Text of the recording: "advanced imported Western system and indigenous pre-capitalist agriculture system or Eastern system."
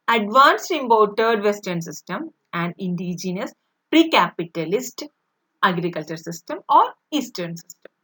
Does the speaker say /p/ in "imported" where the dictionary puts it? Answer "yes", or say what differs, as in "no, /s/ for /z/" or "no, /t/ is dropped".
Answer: no, /b/ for /p/